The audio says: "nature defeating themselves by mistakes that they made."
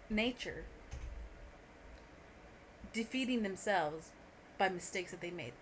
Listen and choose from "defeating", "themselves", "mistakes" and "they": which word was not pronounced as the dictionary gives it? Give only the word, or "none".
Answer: none